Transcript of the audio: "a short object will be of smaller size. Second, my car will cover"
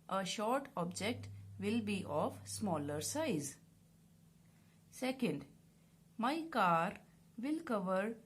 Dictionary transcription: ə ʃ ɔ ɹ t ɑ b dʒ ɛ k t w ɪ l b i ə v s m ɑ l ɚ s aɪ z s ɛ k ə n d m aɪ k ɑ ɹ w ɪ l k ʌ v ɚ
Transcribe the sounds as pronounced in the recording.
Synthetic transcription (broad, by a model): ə ʃ ɔ ɹ t ɑ b dʒ ɛ k t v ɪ l b i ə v s m ɑ l ɚ s aɪ z s ɛ k ə n d m aɪ k ɑ ɹ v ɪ l k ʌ v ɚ